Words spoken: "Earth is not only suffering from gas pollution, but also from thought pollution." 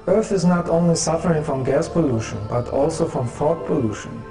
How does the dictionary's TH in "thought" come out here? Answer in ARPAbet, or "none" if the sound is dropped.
F